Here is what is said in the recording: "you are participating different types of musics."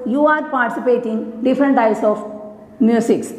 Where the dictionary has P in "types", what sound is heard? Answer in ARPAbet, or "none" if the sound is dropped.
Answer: none